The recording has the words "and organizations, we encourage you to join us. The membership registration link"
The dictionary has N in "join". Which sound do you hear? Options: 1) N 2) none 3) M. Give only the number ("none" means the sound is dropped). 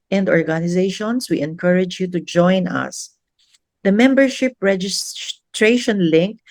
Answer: 1